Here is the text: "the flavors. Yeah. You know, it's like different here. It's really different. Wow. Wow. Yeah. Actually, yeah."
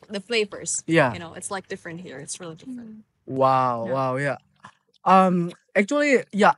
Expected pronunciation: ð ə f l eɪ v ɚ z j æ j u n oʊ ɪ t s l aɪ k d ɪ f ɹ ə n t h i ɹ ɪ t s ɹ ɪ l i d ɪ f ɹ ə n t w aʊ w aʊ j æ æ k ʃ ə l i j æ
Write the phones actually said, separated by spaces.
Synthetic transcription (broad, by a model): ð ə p eɪ p ɚ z j æ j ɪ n oʊ ɪ t s l aɪ k d ɪ f ɹ ə n t h i ɹ ɪ t s ɹ ɪ l i d ɪ f ɹ ə n t w aʊ w aʊ j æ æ k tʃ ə l i j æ